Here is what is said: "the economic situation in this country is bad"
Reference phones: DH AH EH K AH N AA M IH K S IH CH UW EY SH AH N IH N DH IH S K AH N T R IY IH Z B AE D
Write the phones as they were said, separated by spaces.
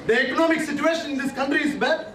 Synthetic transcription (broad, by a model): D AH EH K AH N AA M IH K S IH CH UW EY SH AH N IH N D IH S K AH N T R IY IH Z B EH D